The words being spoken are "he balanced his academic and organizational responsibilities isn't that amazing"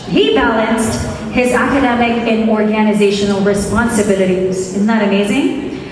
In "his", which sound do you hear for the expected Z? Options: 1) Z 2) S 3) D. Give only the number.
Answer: 1